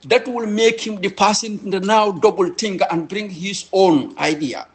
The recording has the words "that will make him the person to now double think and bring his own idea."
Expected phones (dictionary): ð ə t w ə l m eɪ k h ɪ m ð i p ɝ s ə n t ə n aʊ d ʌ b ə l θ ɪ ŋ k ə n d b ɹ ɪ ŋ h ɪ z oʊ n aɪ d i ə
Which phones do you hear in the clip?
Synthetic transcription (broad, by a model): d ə t w ə l m eɪ k h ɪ m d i p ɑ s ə n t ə n aʊ d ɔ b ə l t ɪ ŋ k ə n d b ɹ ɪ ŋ h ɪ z oʊ n aɪ d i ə